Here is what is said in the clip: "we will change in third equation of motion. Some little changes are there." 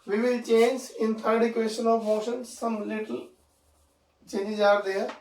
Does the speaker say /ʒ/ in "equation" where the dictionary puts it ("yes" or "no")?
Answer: no